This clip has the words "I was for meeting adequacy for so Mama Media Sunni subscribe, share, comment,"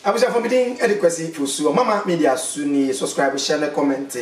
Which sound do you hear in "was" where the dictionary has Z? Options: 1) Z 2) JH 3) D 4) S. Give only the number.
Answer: 4